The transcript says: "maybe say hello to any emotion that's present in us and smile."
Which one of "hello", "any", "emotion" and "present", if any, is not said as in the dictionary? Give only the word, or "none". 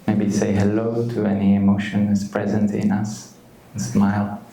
none